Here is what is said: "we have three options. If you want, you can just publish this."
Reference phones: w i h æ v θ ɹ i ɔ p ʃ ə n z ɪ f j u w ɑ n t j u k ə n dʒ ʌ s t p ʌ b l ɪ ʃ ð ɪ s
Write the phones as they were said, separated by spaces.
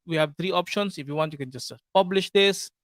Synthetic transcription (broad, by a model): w i h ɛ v t ɹ i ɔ p ʃ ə n s ɪ f j u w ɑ n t j u k ə n dʒ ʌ s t p ʌ b l ɪ ʃ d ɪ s